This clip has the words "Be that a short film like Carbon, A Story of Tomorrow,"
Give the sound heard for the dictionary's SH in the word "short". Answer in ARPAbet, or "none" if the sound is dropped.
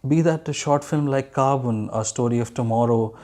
SH